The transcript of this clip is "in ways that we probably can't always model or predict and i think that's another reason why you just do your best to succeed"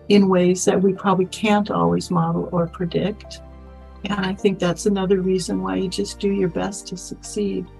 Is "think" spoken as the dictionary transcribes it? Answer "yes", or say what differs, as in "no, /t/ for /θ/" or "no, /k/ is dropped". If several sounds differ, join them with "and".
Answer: yes